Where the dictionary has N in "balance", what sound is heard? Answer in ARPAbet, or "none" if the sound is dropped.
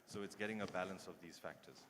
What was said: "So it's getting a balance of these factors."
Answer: N